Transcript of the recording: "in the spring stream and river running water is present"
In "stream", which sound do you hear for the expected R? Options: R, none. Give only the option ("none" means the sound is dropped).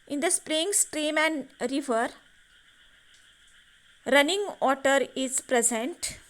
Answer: R